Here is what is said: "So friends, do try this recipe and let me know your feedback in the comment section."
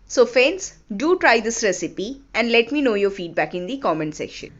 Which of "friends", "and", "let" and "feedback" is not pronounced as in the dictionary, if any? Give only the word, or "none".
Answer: friends